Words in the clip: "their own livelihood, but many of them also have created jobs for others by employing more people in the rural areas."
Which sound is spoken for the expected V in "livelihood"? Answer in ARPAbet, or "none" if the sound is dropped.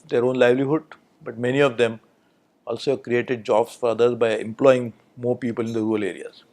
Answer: V